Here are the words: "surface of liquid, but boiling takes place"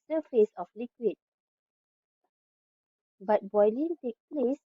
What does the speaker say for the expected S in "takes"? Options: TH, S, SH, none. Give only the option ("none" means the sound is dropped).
none